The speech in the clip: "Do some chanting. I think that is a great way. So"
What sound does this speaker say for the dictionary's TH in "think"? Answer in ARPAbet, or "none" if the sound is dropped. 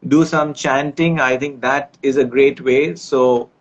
T